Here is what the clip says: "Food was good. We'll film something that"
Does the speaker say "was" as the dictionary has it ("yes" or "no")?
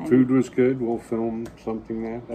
yes